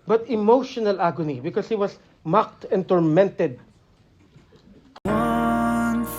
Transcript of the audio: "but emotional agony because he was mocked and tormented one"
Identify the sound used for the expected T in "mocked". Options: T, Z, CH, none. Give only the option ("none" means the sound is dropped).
T